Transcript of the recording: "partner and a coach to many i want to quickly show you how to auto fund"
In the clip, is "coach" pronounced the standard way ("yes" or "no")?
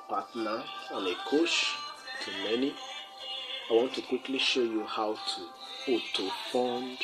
no